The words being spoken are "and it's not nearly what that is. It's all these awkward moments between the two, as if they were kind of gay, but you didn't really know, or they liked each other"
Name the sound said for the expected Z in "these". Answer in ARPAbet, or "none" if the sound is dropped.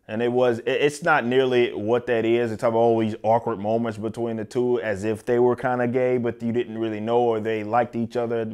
Z